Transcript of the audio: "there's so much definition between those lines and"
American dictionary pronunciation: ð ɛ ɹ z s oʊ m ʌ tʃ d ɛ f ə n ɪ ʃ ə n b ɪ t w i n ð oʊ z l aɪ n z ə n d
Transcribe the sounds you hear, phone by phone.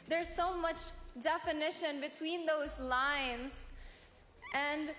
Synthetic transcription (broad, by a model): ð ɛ ɹ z s oʊ m ʌ tʃ d ɛ f ə n ɪ ʃ ə n b ɪ t w i n ð oʊ z l aɪ n z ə n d